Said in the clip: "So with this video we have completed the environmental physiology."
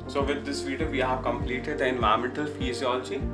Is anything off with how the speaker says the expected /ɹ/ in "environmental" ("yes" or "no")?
yes